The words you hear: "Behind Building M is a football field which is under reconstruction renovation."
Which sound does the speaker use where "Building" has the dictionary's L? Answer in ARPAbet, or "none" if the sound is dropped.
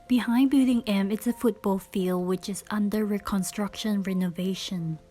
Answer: none